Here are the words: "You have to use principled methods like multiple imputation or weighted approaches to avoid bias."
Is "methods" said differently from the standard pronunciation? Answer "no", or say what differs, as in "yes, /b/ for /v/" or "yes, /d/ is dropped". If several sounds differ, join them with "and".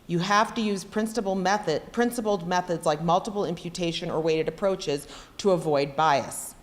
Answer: no